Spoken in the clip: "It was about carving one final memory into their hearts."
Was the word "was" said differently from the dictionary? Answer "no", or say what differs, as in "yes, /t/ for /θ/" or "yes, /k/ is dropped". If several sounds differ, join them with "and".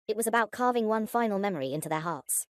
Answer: no